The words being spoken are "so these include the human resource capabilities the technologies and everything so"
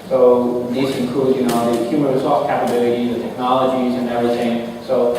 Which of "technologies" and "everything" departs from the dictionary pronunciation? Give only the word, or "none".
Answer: none